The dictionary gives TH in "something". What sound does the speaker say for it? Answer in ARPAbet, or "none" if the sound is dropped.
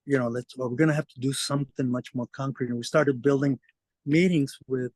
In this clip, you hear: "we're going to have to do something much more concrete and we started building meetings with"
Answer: TH